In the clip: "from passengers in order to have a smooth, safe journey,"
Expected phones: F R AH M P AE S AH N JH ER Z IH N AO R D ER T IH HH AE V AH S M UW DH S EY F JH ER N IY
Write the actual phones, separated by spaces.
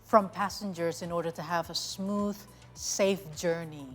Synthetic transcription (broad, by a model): F R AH M P AE S AH N JH ER Z IH N AO R D ER T IH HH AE V AH S M UW DH S EY F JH ER N IY